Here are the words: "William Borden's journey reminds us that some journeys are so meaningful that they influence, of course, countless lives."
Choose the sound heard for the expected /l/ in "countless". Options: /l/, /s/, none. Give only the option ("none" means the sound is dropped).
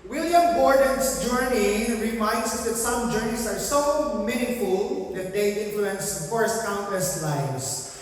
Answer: none